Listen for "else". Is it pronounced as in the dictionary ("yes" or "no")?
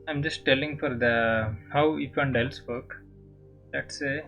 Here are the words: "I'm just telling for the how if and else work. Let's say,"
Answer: yes